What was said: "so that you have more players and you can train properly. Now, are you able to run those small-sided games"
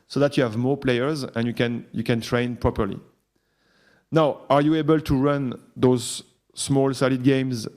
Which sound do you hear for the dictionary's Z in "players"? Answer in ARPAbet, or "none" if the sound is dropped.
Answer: Z